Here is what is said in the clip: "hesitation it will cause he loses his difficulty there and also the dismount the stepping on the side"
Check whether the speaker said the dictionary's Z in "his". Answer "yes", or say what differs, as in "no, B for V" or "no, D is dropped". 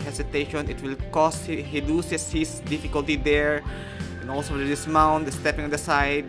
no, S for Z